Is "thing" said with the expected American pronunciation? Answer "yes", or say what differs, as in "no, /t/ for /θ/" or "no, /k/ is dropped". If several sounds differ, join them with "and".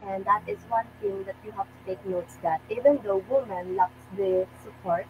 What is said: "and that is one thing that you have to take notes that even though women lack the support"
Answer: no, /t/ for /θ/